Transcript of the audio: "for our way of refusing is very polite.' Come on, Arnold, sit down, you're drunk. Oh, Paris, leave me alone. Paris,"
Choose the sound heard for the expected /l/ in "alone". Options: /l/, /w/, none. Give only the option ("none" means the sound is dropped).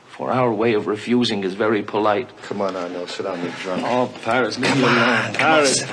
none